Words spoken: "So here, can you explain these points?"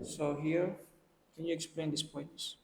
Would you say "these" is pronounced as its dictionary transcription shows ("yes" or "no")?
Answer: no